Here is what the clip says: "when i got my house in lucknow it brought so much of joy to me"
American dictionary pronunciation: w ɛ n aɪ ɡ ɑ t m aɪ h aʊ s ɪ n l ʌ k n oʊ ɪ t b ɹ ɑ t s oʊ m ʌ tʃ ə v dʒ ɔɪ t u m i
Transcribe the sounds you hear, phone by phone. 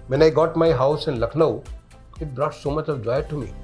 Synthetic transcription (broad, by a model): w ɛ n aɪ ɡ ɑ t m aɪ h aʊ s ɪ n l ʌ k n oʊ ɪ t b ɹ ɑ t s oʊ m ʌ tʃ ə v dʒ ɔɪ t u m i